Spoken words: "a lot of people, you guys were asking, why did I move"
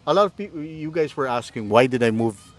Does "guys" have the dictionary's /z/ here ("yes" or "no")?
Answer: yes